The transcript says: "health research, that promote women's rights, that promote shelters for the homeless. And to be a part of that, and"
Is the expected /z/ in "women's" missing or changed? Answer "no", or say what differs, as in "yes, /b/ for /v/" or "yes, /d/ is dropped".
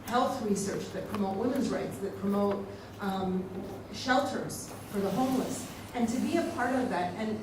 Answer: no